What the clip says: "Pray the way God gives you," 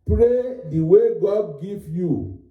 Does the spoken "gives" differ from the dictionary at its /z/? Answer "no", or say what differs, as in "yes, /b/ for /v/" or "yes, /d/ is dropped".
yes, /z/ is dropped